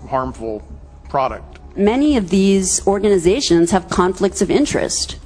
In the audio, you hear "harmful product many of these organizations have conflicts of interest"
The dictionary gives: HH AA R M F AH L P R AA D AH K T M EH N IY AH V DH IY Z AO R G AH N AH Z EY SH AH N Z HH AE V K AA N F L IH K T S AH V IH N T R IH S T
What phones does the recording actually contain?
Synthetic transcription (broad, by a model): HH AA R M F L P R AA D AH K T M EH N IY AH V DH IY Z AO R G AH N AH Z EY SH AH N Z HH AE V K AA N F L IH K T S AH V IH N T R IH S T